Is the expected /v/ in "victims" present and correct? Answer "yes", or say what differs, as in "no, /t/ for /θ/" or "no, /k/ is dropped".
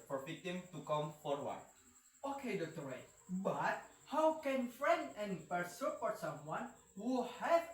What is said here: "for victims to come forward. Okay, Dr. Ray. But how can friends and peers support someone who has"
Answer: no, /f/ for /v/